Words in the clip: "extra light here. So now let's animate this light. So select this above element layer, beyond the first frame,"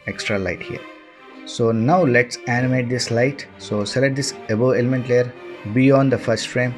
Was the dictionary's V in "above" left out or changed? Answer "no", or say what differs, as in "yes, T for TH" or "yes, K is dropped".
yes, V is dropped